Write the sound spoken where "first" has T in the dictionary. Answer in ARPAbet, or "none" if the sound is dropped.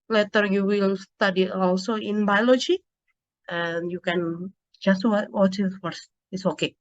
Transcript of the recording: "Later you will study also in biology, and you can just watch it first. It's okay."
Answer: none